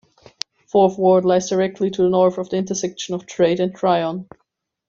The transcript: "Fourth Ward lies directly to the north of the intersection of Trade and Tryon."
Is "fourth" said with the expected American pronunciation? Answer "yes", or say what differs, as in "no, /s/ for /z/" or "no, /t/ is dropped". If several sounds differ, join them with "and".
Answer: yes